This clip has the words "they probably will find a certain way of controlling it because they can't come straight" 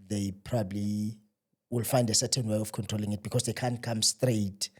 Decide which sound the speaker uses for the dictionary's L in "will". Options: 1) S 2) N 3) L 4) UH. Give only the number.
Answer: 3